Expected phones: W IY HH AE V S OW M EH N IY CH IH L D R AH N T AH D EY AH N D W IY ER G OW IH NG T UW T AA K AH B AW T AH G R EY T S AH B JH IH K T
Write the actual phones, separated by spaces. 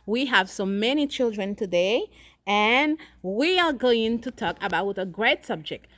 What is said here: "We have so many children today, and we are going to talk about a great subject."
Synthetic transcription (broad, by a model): W IY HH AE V S OW M EH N IY CH IH L D R AH N T AH D EY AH N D W IY ER G OW IH NG T UW T AA K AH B AW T AH G R EY T S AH B JH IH K T